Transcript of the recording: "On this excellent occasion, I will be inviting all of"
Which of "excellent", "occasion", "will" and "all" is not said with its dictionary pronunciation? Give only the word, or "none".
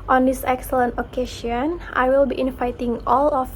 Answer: occasion